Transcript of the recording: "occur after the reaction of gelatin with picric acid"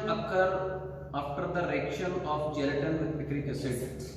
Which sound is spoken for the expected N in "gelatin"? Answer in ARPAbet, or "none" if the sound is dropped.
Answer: N